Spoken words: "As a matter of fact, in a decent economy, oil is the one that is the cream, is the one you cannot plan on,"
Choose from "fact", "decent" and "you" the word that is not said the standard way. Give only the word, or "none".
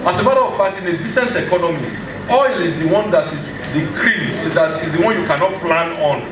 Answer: fact